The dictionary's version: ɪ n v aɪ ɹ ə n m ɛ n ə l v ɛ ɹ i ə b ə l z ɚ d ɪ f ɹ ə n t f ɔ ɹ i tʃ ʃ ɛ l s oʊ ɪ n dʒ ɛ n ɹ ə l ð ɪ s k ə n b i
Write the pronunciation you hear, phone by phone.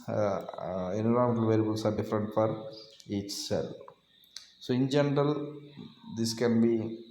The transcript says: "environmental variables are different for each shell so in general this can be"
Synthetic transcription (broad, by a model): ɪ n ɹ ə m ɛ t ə l v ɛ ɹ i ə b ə l s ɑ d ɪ f ɹ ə n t f ɔ ɹ i tʃ s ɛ l s oʊ ɪ n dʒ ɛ n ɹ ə l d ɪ s k ə n b i